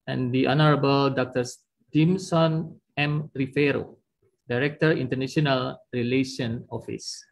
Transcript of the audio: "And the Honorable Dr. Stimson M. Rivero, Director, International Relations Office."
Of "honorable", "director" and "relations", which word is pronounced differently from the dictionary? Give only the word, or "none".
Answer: relations